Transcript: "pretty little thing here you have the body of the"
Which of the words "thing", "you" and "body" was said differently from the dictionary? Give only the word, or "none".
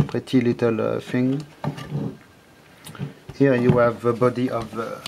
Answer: thing